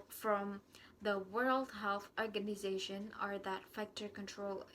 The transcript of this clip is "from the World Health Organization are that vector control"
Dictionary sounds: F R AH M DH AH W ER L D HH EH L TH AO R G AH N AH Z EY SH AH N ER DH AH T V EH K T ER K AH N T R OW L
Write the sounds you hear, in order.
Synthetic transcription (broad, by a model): F R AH M DH AH W ER L D HH EH L TH AO R G AH N AH Z EY SH AH N ER DH AH T F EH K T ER K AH N T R OW L